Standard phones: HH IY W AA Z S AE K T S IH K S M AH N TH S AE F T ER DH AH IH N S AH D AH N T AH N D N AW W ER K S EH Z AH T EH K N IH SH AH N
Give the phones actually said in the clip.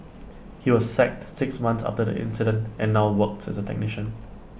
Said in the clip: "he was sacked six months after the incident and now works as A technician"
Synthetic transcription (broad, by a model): HH IY W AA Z S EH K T S IH K S M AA N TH S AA F T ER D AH IH N S AH D AH N T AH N N AW W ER K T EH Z AH T EH K N IH SH AH N